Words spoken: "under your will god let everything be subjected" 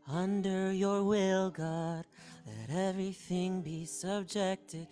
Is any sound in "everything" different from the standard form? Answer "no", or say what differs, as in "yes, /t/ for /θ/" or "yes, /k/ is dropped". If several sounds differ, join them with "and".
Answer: no